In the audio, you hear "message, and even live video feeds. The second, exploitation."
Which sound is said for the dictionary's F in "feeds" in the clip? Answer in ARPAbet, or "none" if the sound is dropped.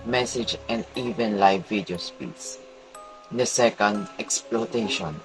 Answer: P